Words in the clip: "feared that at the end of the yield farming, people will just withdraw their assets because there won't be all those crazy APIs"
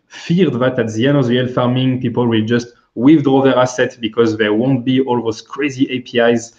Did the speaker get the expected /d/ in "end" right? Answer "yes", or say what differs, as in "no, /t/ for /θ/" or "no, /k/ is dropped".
no, /d/ is dropped